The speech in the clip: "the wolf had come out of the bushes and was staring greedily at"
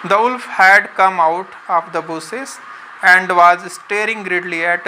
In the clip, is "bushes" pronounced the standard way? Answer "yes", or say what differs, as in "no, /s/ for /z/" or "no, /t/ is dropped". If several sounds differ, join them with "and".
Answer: no, /s/ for /ʃ/